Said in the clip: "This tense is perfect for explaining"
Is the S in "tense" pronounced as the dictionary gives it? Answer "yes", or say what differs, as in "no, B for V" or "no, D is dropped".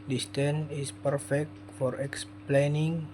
no, S is dropped